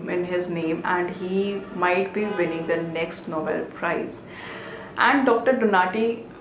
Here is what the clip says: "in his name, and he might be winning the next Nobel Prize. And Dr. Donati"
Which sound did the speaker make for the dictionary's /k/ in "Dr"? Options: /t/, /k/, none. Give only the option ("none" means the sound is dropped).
/k/